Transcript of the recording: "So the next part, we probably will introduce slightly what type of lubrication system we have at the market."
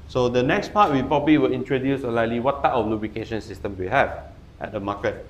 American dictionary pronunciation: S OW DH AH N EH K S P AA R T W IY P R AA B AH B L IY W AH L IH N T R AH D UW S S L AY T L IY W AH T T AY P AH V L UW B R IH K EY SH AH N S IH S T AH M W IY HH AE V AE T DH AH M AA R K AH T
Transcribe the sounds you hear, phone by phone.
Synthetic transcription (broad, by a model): S OW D AH N EH K S P AA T W IY P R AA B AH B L IY W AH L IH N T R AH D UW S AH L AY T L IY W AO T T AY P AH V L UW B R IH K EY SH AH N S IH S T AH M W IY HH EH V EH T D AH M AA K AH T